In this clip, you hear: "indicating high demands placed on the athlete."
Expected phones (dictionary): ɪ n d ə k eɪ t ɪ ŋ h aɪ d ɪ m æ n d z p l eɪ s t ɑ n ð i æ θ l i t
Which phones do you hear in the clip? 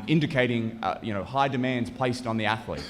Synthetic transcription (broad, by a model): ɪ n d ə k eɪ t ɪ ŋ h aɪ d ɪ m æ n d z p l eɪ s t n ð i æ θ l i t